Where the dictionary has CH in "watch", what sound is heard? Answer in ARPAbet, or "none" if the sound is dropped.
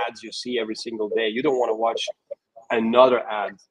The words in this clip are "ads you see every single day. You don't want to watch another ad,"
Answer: CH